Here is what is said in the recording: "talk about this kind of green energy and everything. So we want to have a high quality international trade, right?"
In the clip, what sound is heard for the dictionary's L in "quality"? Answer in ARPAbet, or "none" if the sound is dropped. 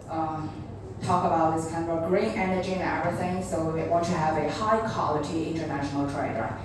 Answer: L